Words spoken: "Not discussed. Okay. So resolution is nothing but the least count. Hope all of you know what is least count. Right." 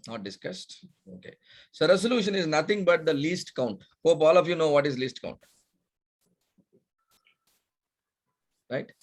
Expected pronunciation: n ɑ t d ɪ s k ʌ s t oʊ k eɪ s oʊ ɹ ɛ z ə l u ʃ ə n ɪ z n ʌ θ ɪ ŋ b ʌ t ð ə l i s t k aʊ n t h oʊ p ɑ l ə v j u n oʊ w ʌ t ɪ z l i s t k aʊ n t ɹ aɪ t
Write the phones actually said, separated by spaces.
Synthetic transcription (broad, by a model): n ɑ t d ɪ s k ʌ s t oʊ k eɪ s oʊ ɹ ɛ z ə l u ʃ ə n ɪ z n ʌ t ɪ ŋ b ʌ t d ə l i s t k aʊ n t h oʊ p ɑ l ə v j u n oʊ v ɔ t ɪ z l i s t k aʊ n t ɹ aɪ t